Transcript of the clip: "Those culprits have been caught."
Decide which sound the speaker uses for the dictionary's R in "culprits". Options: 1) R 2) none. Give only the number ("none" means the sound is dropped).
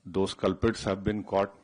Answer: 2